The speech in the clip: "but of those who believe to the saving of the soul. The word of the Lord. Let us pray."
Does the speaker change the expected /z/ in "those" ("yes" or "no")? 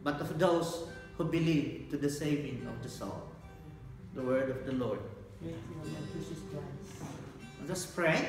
yes